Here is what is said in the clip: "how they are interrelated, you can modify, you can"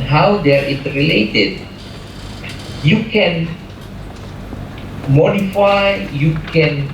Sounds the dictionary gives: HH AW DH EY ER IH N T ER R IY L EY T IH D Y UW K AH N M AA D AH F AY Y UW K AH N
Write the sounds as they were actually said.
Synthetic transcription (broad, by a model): HH AW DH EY ER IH T R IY L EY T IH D Y UW K AH N M AA D AH F AY Y UW K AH N